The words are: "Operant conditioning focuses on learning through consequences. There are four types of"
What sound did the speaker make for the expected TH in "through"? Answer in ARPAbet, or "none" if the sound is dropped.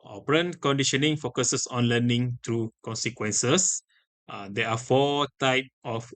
T